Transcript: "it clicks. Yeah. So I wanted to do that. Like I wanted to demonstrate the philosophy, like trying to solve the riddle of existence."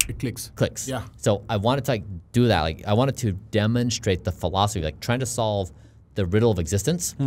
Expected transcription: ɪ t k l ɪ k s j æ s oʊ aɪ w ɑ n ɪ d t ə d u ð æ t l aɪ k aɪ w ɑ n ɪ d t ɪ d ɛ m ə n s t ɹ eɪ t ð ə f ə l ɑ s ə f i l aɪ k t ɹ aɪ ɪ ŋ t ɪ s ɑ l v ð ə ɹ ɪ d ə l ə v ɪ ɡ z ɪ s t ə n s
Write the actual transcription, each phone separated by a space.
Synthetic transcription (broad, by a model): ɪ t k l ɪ k s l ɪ s oʊ aɪ w ɑ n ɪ d t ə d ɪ ð æ t l aɪ k aɪ w ɑ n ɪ d t ɪ d ɛ m ə n s t ɹ eɪ t ð ə f ə l ɑ s ə f i l aɪ k t ɹ aɪ ɪ ŋ t ɪ s ɑ l v ð ə ɹ ɪ d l ə v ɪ ɡ z ɪ s t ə n s